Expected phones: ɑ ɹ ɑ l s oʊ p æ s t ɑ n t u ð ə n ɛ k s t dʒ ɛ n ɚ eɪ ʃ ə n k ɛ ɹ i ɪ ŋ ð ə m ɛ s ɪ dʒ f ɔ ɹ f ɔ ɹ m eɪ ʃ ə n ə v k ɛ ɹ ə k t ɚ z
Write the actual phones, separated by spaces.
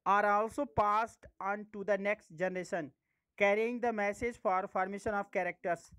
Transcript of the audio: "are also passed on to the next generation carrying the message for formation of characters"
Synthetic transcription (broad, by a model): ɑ ɹ ɑ l s oʊ p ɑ s t ɑ n t u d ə n ɛ k s t dʒ ɛ n ɚ eɪ ʃ ə n k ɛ ɹ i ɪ ŋ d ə m ɛ s ɪ dʒ f ɔ ɹ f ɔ ɹ m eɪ ʃ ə n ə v k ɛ ɹ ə k t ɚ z